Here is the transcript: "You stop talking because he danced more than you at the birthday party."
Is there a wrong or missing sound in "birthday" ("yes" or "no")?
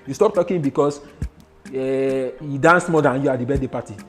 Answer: yes